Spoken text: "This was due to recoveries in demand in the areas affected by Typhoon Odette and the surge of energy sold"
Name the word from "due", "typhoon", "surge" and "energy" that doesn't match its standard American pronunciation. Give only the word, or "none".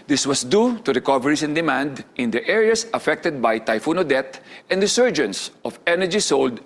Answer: none